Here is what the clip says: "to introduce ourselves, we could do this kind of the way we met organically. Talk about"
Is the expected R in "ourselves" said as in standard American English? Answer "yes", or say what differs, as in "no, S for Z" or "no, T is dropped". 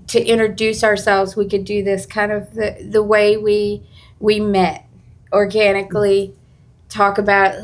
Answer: yes